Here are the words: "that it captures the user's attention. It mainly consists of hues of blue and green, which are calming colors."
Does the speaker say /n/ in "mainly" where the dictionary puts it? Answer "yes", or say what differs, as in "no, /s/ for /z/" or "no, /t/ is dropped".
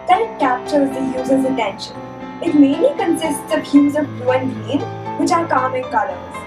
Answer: yes